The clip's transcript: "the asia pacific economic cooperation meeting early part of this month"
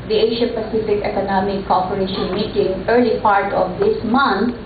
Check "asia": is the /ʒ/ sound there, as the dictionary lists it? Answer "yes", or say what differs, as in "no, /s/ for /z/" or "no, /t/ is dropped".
no, /ʃ/ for /ʒ/